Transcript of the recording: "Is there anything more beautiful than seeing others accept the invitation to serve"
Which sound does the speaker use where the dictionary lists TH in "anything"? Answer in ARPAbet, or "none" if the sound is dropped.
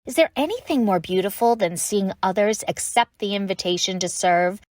TH